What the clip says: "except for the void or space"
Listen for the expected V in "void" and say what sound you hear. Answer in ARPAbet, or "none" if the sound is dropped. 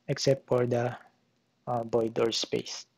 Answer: B